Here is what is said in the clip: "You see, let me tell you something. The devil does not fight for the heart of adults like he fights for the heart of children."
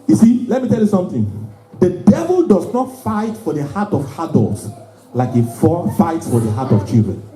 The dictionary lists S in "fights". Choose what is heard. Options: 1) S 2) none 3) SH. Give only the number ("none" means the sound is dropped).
1